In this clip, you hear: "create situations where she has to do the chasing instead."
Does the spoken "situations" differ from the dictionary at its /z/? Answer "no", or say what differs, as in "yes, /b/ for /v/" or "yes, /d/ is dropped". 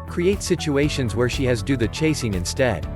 no